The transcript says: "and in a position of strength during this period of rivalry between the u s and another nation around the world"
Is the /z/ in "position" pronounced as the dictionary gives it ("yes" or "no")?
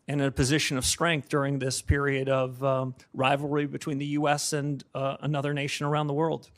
yes